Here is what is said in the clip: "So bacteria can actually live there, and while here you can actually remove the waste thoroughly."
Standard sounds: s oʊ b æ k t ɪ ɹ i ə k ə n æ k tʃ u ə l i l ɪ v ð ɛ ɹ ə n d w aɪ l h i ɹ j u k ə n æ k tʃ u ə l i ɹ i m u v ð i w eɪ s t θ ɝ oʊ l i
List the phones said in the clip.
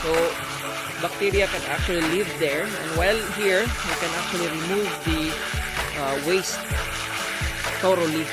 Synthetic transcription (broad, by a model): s oʊ b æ k t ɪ ɹ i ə k ə n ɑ k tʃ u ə l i l ɪ v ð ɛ ɹ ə n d w aɪ l h i ɹ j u k ə n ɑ k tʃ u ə l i ɹ i m u v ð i w eɪ s t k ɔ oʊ l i